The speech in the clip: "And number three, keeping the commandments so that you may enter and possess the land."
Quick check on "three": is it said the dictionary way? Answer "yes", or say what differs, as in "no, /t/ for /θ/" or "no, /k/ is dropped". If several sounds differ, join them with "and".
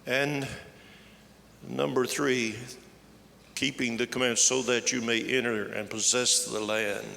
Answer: yes